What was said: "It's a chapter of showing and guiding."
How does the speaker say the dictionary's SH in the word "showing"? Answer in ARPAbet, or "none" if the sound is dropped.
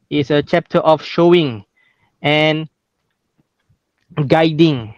SH